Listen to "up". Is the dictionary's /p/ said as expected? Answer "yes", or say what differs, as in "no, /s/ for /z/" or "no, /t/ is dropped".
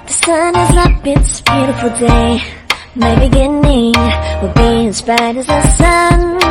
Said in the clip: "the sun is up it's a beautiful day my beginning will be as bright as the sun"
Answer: no, /b/ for /p/